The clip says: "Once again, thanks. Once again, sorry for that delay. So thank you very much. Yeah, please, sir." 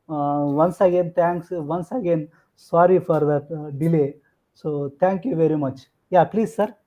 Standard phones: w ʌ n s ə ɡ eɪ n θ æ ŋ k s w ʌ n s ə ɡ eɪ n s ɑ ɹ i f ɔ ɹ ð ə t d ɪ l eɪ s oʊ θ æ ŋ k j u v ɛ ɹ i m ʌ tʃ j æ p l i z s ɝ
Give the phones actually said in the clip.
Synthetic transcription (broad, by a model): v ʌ n s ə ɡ eɪ n t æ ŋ k s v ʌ n s ə ɡ eɪ n s ɑ ɹ i f ɔ ɹ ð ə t d ɪ l eɪ s oʊ t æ ŋ k j u v ɛ ɹ i m ʌ tʃ j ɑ p l i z s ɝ